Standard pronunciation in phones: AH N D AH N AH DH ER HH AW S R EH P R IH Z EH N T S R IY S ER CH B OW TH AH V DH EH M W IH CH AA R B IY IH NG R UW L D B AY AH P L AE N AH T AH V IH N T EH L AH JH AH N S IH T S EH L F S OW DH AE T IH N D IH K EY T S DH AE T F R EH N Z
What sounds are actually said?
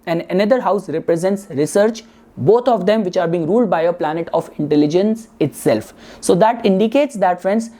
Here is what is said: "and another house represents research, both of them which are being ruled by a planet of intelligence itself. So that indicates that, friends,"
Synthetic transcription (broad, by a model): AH N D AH N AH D ER HH AW S R EH P R IH Z EH N T S R IY S ER CH B OW T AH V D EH M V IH CH AA R B IY IH NG R UW L D B AY AH P L AE N AH T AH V IH N T EH L AH JH AH N S IH T S EH L F S OW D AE T IH N D IH K EY T S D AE T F R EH N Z